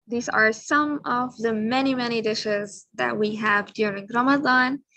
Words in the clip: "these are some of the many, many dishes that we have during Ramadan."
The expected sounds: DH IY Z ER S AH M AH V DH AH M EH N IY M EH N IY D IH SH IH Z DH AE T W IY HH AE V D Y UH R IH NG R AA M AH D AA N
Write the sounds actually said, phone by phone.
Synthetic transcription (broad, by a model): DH IY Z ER S AH M AH V DH AH M EH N IY M EH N IY D IH SH IH Z DH AE T W IY HH AE V D Y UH R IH NG R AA M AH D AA N